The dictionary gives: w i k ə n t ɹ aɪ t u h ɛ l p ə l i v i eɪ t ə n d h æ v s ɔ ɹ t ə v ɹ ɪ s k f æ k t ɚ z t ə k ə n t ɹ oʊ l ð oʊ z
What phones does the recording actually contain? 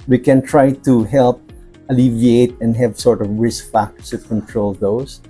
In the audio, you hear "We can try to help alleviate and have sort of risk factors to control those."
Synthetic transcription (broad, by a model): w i k ə n t ɹ aɪ t u h ɛ l p ə l i v i eɪ t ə n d h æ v s ɔ ɹ t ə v ɹ ɪ s k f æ k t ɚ t k ə n t ɹ oʊ l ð oʊ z